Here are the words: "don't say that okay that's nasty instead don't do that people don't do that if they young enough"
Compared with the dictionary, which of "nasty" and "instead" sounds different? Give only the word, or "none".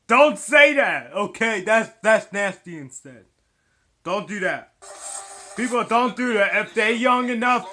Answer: none